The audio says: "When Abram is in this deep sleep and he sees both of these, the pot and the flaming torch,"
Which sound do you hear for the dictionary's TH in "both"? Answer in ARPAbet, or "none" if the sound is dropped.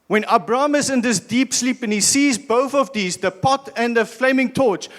TH